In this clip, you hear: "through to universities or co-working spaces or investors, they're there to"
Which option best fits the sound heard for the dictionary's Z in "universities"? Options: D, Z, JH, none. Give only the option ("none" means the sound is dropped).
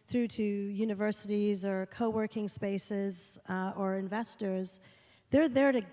Z